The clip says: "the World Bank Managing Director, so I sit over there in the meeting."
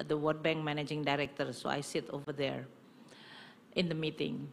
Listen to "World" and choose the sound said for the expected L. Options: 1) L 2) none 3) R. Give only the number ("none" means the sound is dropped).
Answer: 2